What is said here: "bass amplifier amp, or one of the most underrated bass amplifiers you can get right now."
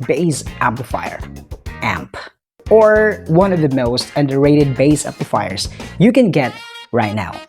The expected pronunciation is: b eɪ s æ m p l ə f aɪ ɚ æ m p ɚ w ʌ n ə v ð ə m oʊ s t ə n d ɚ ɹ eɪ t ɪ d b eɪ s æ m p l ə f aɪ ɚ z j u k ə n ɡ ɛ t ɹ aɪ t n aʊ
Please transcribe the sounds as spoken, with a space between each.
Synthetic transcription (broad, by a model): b eɪ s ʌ p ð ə f aɪ ɚ æ m p ɚ w ʌ n ə v ð ə m oʊ s t ə n d ɚ ɹ eɪ t ɪ d b eɪ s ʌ p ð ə f aɪ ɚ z j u k ə n ɡ ɛ t ɹ aɪ t n aʊ